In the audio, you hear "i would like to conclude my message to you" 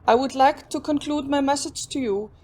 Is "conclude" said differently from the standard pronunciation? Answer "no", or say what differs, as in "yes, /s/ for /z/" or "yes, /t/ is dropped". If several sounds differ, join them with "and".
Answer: no